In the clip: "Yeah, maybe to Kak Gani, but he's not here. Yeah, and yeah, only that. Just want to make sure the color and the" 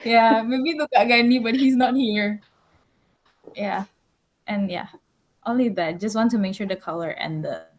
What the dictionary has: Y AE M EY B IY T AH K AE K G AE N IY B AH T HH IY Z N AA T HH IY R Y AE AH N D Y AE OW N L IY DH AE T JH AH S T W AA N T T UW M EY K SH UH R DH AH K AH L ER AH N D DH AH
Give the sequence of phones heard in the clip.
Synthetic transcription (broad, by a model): Y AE M EY B IY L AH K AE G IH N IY B AH T HH IY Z N AA T HH IY R Y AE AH N Y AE OW N L IY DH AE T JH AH S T W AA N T T UW M EY K SH UH R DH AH K AH L ER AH N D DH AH